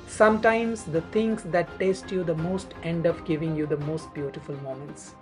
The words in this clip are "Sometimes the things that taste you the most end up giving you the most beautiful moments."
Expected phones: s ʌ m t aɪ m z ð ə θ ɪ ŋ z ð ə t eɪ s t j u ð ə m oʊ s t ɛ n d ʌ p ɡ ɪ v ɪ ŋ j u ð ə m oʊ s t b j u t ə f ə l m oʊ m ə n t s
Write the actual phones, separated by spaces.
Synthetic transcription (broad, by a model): s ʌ m t aɪ m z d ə t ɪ ŋ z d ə t eɪ s t j u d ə m oʊ s t ɛ n d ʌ f ɡ ɪ v ɪ ŋ j u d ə m oʊ s t b j u t ə f ə l m oʊ m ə n t s